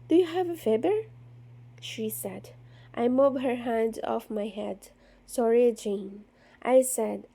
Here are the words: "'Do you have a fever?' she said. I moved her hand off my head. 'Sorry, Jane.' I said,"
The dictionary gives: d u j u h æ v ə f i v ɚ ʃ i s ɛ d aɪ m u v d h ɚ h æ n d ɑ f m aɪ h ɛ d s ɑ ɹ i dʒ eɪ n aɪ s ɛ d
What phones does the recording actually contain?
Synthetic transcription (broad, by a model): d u j u h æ v ə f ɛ b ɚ ʃ i s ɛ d aɪ m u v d h ɚ h æ n d ɑ f m aɪ h ɛ d s ɑ ɹ i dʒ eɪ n aɪ s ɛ d